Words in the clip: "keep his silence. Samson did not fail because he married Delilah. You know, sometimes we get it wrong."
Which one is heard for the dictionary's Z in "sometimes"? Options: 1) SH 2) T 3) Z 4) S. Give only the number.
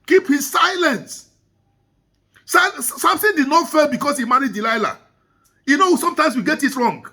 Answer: 4